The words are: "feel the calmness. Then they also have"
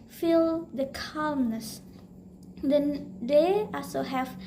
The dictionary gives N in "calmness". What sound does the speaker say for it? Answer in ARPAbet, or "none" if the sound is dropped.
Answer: N